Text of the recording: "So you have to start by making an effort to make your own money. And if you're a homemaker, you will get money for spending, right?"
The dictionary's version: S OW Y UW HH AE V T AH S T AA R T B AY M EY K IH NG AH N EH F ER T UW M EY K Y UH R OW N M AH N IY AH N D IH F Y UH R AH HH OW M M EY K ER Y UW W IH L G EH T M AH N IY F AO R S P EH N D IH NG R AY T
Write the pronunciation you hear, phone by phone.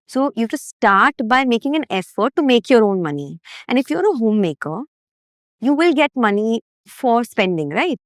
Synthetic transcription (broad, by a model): S OW Y UW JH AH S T S T AA R T B AY M EY K IH NG AH N EH F ER T UW M EY K Y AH R OW N M AH N IY AH N D IH F Y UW R AH HH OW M M EY K ER Y UW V IH L G EH T M AH N IY F AO R S P EH N D IH NG R AY T